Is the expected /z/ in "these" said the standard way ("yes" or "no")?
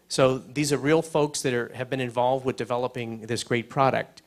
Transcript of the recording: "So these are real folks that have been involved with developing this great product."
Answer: yes